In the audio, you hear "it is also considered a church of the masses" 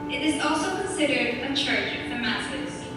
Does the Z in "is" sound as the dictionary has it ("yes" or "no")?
yes